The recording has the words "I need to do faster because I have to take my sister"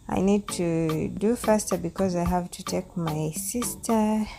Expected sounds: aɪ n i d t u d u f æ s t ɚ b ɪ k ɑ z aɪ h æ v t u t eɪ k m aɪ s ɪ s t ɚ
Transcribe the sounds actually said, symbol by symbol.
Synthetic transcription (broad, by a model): aɪ n i d t u d u f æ s t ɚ b ɪ k ɑ z aɪ h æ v t u t eɪ k m aɪ s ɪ s t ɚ